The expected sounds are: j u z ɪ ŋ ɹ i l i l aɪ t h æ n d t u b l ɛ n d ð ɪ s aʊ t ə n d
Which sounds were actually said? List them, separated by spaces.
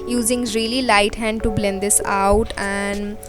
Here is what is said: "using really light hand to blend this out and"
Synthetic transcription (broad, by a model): j u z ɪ ŋ ɹ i l i l aɪ t h æ n d t u b l ɛ n d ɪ s aʊ t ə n d